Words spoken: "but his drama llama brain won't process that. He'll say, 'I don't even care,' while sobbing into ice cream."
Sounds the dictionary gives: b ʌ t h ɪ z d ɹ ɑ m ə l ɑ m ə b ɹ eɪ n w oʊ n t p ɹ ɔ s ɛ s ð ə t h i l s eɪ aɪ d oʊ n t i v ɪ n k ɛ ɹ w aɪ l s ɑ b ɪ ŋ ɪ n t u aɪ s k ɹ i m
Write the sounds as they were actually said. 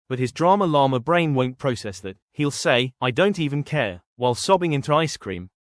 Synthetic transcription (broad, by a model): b ʌ t h ɪ z d ɹ ɑ m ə l ɑ m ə b ɹ eɪ n w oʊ n p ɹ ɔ s ɛ s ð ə t h i l s eɪ aɪ d oʊ n t i v ɪ n k ɛ ɹ w aɪ l s ɑ b ɪ ŋ ɪ n t u aɪ s k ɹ i m